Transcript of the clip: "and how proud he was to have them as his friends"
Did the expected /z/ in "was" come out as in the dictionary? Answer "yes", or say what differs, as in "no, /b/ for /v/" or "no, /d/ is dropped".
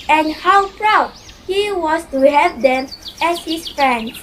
no, /s/ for /z/